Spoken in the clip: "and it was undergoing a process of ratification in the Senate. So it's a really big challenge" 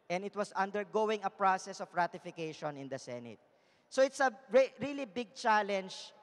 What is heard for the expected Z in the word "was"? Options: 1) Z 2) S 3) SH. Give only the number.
2